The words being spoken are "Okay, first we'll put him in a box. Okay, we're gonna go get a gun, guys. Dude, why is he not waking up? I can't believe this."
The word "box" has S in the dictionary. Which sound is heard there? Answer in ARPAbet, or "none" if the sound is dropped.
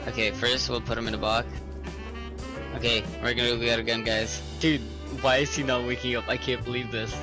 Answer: none